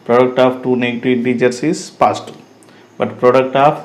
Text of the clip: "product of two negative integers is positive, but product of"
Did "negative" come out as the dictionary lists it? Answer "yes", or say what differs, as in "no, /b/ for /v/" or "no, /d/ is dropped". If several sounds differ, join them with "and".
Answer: no, /v/ is dropped